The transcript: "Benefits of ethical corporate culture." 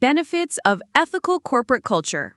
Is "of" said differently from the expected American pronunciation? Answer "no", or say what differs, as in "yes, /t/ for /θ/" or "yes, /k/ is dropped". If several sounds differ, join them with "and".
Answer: no